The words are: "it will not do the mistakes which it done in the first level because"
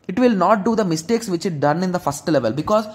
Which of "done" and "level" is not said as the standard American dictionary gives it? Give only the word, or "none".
none